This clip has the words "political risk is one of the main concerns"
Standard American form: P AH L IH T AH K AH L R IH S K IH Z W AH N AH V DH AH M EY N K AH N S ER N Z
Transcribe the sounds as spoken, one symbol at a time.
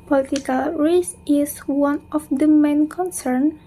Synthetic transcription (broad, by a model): P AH L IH T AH K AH L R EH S IH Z W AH N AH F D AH M EY N K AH N S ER N